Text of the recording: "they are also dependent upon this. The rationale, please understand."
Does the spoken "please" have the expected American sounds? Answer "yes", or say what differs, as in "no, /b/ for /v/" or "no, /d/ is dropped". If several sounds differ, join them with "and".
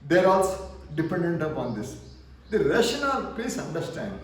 no, /l/ is dropped and /s/ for /z/